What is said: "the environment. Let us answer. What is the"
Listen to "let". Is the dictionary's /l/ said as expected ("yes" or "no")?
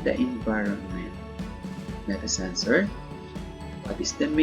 no